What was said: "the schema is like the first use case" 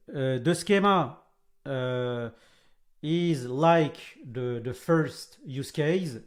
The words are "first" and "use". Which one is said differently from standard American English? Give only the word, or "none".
none